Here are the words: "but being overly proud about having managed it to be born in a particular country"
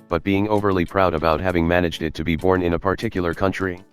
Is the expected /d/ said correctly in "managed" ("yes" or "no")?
yes